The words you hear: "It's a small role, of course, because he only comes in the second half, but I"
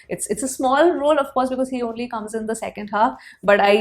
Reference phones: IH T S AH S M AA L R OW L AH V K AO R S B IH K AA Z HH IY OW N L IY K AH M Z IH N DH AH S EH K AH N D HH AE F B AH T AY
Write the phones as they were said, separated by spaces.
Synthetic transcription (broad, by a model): IH T S AH S M AA L R OW L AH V K AO R S B IH K AA Z HH IY OW N L IY K AH M Z IH N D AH S EH K AH N D HH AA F B AH T AY